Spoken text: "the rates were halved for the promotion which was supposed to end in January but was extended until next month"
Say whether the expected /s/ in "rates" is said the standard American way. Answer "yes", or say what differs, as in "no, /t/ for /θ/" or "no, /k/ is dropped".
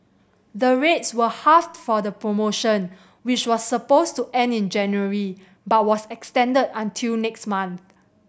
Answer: yes